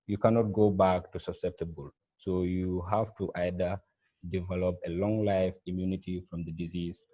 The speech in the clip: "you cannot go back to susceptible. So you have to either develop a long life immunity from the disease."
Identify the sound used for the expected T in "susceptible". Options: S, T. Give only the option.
T